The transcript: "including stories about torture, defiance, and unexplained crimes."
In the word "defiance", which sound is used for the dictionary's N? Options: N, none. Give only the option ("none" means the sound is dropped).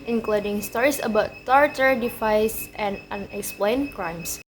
none